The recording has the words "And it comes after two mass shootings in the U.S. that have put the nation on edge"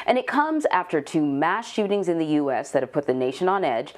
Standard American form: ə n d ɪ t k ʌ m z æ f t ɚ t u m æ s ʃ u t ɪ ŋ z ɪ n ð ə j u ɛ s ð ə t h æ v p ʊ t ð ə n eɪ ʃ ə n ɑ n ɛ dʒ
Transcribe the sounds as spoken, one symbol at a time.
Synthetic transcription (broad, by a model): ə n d ɪ t k ʌ m z æ f t ɚ t u m æ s ʃ u t ɪ ŋ z ɪ n ð ə j u ɛ s ð ə t h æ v p ʊ t ð ə n eɪ ʃ ə n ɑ n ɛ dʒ